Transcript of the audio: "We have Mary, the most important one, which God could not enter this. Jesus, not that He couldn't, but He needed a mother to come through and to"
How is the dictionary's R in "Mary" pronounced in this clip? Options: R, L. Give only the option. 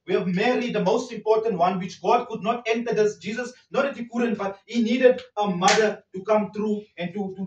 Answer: L